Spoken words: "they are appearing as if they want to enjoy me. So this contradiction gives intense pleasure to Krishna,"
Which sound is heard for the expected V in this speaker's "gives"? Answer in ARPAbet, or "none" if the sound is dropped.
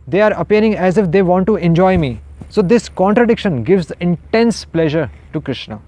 V